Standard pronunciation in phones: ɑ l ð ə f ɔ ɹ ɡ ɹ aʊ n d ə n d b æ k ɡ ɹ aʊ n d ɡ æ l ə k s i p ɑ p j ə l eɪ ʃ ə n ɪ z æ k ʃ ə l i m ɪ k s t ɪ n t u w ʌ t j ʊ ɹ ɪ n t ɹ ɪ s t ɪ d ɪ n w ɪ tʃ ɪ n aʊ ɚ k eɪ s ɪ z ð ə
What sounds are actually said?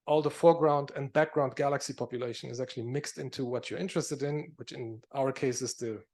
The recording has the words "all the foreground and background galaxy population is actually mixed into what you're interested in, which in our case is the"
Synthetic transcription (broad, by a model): ɑ l ð ə f ɔ ɹ ɡ ɹ aʊ n d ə n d b æ k ɡ ɹ aʊ n d ɡ æ l ə k s i p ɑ p j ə l eɪ ʃ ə n ɪ z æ k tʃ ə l i m ɪ k s t ɪ n t u w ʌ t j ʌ ɹ ɪ n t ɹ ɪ s t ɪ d ɪ n w ɪ tʃ ɪ n aʊ ɚ k eɪ s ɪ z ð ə